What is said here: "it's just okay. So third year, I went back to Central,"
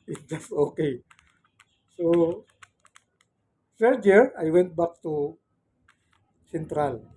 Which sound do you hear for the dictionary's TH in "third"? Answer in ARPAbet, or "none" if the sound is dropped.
S